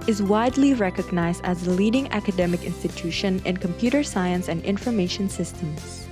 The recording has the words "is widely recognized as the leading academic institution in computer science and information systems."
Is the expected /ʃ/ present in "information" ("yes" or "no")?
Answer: yes